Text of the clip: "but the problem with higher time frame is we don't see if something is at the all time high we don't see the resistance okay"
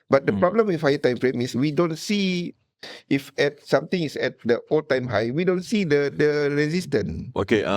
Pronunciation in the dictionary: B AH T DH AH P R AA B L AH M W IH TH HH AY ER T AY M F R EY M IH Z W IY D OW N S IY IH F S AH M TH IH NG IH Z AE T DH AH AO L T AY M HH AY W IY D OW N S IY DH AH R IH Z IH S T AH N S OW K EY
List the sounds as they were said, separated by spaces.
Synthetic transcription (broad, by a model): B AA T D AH P R AA B L AH M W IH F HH AY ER T AY M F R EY M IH S W IY D OW N S IY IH F S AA M T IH NG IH S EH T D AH AO L T AY M HH AY W IY D OW N S IY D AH R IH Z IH S T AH N OW K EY